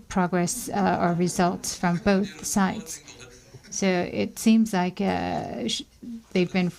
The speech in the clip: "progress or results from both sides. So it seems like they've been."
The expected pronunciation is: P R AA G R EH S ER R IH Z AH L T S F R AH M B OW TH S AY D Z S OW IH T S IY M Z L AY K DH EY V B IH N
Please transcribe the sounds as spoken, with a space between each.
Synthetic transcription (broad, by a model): P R AA G R EH S ER R IH Z AH L T S F R AH M B OW TH S AY D Z S OW IH T S IY M Z L AY K DH EY V B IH N